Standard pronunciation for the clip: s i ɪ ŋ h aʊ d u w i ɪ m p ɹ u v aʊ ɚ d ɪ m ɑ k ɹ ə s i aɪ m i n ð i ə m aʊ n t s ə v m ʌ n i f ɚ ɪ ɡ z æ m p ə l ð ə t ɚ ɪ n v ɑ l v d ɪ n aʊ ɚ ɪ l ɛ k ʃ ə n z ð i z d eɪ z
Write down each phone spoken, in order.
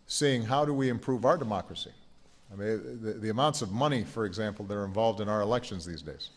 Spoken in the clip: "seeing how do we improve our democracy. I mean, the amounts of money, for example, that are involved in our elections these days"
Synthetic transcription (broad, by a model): s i ɪ ŋ h aʊ d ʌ w i ɪ m p ɹ u v aʊ ɚ d ɪ m ɑ k ɹ ə s i aɪ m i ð ð i ə m aʊ n t s ə v m ʌ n i f ɚ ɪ ɡ z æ m p l ð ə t ɚ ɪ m v ɑ l v d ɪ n aʊ ɚ ɪ l ɛ k ʃ ə n z ð i z d eɪ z